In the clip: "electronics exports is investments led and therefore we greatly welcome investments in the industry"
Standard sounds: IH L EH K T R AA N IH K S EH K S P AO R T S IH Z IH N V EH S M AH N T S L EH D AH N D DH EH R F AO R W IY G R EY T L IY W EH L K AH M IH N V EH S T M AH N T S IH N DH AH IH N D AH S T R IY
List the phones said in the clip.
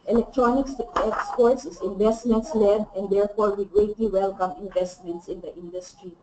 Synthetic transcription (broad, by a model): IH L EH K T R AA N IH K S EH K S P AO R T S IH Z IH N V EH S M AH N T S L EH D AH N D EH R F AO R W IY G R EY T L IY W EH L K AH M IH N V EH S T M AH N T S IH N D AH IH N D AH S T R IY